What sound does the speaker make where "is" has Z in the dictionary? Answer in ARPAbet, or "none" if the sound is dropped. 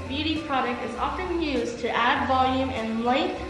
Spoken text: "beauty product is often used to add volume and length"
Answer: Z